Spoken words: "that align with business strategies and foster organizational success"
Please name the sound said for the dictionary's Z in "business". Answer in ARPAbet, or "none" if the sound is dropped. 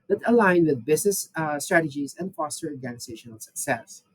S